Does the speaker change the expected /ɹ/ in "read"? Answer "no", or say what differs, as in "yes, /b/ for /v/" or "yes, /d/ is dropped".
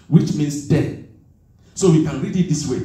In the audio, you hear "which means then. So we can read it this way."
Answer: no